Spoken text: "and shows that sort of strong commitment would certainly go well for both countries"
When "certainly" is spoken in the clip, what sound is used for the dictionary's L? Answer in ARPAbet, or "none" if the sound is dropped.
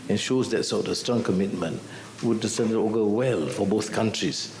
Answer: none